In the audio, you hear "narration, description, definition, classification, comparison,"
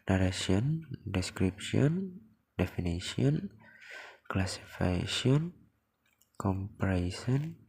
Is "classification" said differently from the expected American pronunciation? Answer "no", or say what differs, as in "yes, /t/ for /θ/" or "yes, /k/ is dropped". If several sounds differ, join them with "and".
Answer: yes, /ʃ/ is dropped